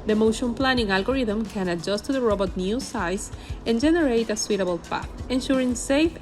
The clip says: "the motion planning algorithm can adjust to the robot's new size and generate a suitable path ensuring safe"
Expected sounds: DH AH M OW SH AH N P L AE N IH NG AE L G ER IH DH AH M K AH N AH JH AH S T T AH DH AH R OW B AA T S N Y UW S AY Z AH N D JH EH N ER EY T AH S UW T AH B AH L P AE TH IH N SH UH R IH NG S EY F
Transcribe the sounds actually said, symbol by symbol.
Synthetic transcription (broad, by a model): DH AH M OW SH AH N P L AE N IH NG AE L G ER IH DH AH M K AH N AH JH AH S T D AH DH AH R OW B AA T N Y UW S AY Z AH N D JH EH N ER EY T AH S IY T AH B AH L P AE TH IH N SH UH R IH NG S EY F